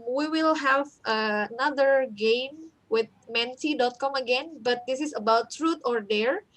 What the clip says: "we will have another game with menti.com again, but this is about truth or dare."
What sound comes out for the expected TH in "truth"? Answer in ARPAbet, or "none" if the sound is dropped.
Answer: T